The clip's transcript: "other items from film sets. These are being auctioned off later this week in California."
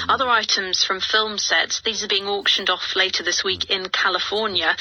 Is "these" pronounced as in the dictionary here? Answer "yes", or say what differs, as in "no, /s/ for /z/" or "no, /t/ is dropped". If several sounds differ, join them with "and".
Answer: yes